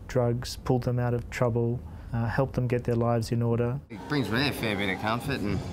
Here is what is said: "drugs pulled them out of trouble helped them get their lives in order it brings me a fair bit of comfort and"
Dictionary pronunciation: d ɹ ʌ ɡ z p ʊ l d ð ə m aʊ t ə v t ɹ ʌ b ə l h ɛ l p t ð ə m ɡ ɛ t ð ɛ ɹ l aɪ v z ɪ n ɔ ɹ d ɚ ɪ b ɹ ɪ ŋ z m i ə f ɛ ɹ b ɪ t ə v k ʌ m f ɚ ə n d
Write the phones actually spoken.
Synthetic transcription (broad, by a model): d ɹ ʌ ɡ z p ʊ l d ð ə m aʊ t ə v t ɹ ʌ b ə l h ɛ l p ð ə m ɡ ɛ t ð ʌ ɹ l aɪ v z ɪ n ɔ ɹ d ɚ ɪ b ɹ ɪ ŋ z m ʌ ə f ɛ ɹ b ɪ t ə k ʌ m f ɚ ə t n